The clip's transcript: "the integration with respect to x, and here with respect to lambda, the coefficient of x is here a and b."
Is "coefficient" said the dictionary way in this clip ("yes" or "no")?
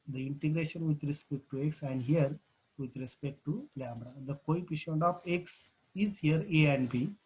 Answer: no